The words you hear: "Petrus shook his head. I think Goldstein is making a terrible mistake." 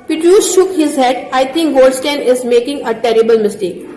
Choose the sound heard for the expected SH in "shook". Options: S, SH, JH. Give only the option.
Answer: SH